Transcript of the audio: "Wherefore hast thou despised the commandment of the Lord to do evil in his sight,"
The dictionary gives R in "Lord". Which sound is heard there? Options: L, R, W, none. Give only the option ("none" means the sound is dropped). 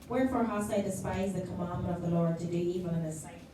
R